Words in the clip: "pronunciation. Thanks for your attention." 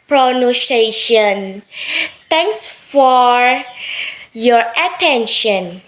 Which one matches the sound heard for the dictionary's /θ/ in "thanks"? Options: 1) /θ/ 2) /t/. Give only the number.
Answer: 2